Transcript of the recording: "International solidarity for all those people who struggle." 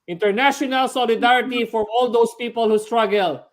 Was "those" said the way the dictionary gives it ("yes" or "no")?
no